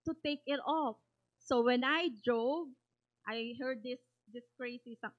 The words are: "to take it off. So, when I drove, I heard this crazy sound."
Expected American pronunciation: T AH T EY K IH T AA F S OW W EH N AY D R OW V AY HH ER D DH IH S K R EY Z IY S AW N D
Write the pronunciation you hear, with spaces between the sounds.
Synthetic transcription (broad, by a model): T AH T EY K IH T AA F S OW W EH N AY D R OW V AY HH ER D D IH S K R EY S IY S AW